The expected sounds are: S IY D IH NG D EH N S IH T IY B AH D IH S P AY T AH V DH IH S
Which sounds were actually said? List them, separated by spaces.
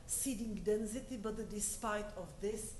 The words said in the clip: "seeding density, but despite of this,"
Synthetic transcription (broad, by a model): S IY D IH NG D EH N S IH T IY B AH D IH S P AY T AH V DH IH S